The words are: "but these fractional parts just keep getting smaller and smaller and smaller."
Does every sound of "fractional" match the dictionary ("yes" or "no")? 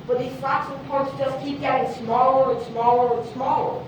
no